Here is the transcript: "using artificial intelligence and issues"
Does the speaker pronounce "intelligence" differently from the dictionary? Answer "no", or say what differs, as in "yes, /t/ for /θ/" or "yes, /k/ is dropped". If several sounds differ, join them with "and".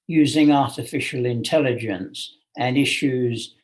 no